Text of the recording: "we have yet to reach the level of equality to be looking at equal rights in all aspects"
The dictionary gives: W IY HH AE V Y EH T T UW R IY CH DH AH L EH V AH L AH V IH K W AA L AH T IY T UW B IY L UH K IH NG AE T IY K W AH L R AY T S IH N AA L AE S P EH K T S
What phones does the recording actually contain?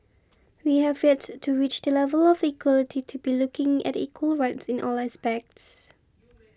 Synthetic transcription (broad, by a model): W IY HH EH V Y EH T T UW R IY CH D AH L EH V AH L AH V IH K W AA L AH T IY T UW B IY L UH K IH NG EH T IY K W AH L R AY T S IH N AA L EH S P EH K T S